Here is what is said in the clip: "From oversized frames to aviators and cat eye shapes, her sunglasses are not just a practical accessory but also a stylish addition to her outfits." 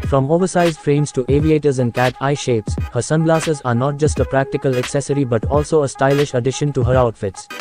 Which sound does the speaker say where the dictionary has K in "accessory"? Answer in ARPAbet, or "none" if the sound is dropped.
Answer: K